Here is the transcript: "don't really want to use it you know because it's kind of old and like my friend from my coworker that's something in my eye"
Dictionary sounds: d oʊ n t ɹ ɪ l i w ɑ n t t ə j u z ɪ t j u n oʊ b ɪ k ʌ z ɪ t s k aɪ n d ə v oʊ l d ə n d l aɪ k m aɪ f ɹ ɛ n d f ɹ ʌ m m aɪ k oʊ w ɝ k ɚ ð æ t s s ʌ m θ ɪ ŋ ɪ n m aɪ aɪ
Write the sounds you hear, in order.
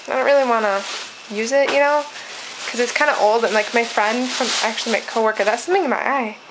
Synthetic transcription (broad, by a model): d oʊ n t ɹ ɪ l i w ɑ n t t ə j u z ɪ t j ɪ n oʊ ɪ k ʌ z ɪ t s k aɪ n d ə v oʊ l d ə n l aɪ k m aɪ f ɹ ɛ n d f ɹ ʌ m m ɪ k oʊ w ɝ k ɚ ð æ t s s ʌ m θ ɪ ŋ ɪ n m aɪ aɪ